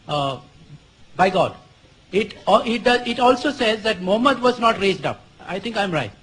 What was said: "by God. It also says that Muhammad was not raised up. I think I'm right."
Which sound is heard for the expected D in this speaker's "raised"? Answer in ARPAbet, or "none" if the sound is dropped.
D